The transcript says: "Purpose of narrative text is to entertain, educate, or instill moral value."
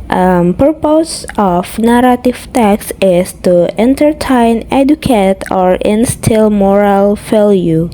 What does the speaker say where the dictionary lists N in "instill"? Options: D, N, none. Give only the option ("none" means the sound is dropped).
N